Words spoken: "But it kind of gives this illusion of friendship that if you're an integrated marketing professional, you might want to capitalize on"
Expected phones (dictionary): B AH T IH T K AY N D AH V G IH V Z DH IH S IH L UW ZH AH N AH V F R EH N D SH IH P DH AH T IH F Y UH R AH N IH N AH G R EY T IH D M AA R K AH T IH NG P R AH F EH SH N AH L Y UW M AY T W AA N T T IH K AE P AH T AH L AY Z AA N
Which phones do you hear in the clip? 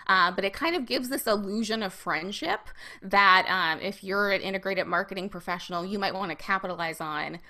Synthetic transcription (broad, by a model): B AH T IH T K AY N D AH V G IH V Z DH IH S IH L UW ZH AH N AH V F R EH N D SH IH P DH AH T IH F Y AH R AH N IH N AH G R EY T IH D M AA R K AH T IH NG P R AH F EH SH N L Y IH M AY T W AA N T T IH K AE P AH T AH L AY Z N